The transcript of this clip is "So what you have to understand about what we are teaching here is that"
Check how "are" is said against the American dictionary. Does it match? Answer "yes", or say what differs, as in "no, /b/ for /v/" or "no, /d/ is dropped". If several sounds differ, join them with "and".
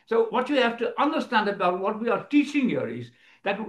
yes